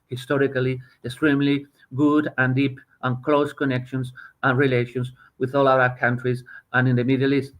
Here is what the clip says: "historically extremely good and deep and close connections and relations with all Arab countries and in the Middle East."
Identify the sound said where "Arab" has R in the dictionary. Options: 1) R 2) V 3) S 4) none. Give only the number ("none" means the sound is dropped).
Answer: 4